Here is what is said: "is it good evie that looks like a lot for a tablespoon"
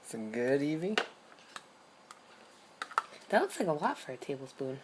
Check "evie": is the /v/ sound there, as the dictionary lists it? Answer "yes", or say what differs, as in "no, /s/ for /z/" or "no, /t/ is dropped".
yes